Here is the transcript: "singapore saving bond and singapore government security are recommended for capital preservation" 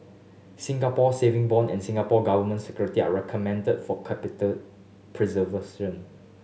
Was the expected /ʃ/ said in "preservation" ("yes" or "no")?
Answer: no